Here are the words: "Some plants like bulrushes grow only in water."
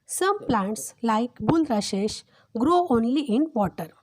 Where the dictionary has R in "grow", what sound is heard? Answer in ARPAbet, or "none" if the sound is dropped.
R